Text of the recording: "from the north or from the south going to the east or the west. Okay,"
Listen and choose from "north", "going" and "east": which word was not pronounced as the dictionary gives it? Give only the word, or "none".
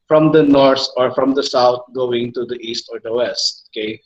north